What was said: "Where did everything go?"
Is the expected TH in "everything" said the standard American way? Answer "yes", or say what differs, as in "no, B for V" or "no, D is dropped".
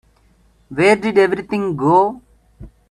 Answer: no, T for TH